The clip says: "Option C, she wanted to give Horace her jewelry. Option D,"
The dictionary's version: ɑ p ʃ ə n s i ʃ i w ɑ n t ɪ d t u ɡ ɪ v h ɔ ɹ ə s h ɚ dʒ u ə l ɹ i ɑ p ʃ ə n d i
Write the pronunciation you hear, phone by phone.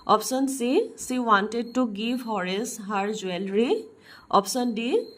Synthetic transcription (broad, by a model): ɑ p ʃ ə n s i s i w ɑ n t ɪ d t u ɡ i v h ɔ ɹ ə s h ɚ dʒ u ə l ɹ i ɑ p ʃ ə n d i